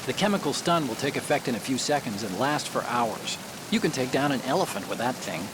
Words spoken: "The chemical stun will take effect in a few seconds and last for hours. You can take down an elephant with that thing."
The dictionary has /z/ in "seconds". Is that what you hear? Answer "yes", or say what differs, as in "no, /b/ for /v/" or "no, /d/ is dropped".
yes